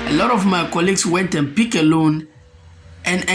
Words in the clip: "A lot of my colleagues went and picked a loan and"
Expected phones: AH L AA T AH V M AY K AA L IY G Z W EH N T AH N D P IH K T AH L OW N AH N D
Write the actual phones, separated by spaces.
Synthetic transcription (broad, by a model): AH L AA T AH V M AY K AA L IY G S W EH N T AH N P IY K AH L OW N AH N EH